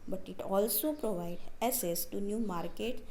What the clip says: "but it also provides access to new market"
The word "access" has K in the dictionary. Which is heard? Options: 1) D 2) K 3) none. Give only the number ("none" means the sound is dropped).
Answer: 3